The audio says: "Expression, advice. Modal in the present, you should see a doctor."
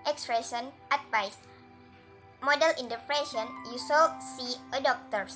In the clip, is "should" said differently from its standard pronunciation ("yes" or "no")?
yes